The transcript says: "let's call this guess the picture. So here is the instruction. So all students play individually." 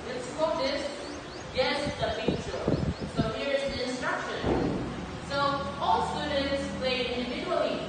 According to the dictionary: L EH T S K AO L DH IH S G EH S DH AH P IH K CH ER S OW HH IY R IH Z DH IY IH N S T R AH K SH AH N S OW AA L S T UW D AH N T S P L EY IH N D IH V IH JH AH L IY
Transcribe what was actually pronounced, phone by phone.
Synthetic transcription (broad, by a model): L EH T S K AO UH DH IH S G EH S DH AH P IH CH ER S OW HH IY R IH Z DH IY IH N S T R AH K SH AH N S OW AA L S T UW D N T S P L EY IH N D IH V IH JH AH L IY